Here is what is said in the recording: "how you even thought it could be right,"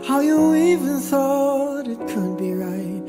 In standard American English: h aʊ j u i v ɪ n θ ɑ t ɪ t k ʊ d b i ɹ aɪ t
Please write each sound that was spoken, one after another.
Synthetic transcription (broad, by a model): h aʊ j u i v ɪ n θ ɑ t ɪ t k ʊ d b i ɹ aɪ t